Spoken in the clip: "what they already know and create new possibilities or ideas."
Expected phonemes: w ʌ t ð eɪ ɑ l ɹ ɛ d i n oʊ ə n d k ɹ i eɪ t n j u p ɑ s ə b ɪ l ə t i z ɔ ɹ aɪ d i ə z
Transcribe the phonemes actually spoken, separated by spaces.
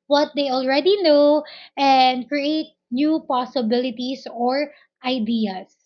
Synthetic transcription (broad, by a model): w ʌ t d eɪ ɑ l ɹ ɛ d i n oʊ ə n d k ɹ i eɪ t n j u p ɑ s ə b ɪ l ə t i s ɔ ɹ aɪ d i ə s